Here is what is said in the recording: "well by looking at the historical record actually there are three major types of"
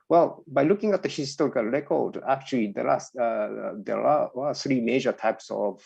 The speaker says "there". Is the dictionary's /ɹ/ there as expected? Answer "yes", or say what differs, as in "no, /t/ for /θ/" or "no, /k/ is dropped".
no, /l/ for /ɹ/